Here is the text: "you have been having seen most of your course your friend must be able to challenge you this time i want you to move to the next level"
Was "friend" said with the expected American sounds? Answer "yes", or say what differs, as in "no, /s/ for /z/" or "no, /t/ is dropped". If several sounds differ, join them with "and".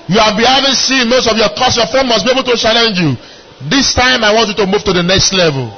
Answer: no, /ɹ/ is dropped